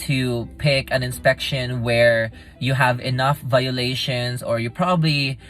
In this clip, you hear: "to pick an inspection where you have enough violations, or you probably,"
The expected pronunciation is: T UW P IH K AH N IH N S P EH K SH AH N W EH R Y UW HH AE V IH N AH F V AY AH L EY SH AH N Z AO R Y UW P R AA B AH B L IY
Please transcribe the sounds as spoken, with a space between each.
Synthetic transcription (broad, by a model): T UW P IH K AH N IH N S P EH K SH AH N W EH R Y UW HH AE V IH N AH F V AY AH L EY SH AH N S AO R Y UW P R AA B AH B L IY